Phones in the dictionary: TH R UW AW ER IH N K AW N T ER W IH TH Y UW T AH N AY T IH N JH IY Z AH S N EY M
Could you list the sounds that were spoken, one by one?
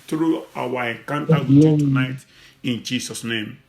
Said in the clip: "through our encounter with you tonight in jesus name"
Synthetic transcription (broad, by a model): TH R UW AW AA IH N K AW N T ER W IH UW T AH N AY T IH N JH IY S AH S N EY M